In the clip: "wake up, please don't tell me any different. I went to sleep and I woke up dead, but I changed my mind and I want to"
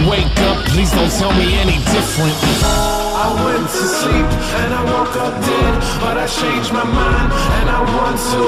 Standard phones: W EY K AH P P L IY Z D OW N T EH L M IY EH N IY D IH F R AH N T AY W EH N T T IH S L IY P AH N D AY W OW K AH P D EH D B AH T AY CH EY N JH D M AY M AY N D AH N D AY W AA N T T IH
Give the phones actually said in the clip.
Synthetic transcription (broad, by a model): W EY K AH P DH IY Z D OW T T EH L M IY EH N IY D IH F R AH N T AY W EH N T T IH S L IY P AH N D AY W OW K AH P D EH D B AH T AY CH EY N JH M AY M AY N AH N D AY W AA N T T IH